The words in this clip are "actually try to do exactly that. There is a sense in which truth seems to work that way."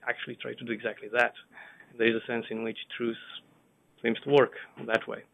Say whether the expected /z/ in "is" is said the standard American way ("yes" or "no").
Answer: yes